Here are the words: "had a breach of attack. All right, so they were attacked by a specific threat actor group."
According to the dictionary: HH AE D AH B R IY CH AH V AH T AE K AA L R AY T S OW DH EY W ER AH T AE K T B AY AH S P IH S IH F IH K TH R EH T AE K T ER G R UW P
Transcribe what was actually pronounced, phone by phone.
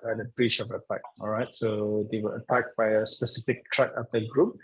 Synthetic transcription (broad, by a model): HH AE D AH B R IY CH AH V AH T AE K AA L R AY T S OW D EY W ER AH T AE K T B AY AH S P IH S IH F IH K T R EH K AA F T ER G R UW P